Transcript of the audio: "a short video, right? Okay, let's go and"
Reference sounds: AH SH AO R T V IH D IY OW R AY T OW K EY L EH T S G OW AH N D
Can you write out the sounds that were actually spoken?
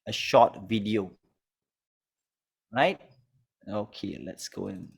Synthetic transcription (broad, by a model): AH SH AO T V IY D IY OW R AY T OW K EY L EH T S G OW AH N